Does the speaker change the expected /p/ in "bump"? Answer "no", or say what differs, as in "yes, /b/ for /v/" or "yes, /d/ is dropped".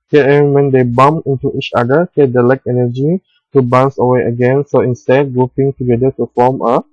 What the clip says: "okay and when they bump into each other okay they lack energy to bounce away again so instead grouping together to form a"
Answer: yes, /p/ is dropped